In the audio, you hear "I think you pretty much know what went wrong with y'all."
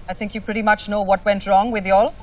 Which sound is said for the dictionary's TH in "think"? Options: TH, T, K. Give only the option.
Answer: TH